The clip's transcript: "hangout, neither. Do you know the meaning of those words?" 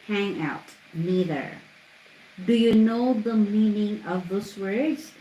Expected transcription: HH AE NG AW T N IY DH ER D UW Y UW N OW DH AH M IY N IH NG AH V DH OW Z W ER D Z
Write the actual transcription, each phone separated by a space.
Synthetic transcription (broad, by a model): HH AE NG AW T N IY DH ER D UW Y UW N OW DH AH M IY N IH NG AH V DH OW S W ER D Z